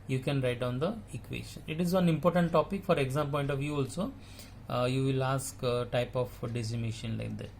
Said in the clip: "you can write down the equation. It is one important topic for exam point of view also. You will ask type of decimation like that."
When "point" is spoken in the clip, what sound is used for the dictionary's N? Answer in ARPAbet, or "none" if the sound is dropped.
N